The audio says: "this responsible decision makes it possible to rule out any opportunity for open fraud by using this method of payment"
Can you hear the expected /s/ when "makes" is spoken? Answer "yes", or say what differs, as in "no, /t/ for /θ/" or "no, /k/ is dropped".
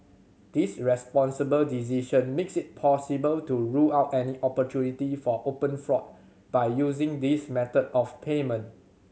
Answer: yes